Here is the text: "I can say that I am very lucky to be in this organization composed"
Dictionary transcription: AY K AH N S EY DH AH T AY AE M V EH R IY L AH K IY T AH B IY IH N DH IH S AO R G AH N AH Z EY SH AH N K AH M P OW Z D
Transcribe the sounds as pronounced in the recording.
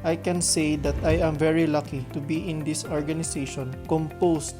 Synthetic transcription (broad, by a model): AY K AH N S EY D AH T AY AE M V EH R IY L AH K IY T AH B IY IH N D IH S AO R G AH N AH S EY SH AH N K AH M P OW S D